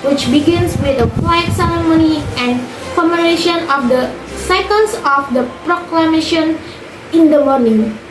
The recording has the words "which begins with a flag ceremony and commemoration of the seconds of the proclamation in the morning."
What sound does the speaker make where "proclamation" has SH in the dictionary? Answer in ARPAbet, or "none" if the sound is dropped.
SH